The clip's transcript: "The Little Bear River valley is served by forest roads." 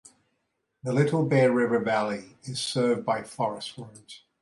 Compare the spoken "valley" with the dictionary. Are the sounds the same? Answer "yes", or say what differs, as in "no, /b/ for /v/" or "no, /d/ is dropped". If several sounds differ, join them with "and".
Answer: yes